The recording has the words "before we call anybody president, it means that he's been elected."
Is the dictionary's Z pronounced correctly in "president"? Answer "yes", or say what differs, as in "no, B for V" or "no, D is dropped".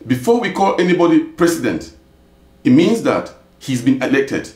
no, S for Z